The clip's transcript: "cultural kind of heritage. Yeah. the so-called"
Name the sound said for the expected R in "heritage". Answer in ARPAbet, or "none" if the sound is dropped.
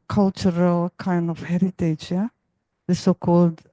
R